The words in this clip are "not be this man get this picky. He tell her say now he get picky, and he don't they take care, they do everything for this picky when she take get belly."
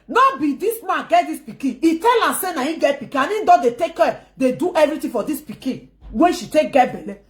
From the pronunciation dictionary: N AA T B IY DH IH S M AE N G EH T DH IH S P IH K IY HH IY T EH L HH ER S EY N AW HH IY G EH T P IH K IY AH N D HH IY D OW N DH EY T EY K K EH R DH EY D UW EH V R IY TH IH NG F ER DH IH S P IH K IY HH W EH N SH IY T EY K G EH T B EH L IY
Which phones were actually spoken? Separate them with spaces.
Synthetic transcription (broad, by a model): N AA B IY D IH S M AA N G EH T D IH S P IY K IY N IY T EH L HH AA S EY N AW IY G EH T P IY K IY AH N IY D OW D EY T EY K K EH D EY D UW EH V R IY T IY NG F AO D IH S P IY K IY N W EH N SH IY T EY K G EH T B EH L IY